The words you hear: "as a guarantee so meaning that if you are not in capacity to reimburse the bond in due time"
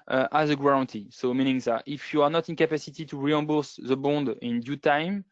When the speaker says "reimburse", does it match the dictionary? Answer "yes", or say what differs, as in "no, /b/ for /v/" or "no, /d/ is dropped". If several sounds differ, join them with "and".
no, /m/ is dropped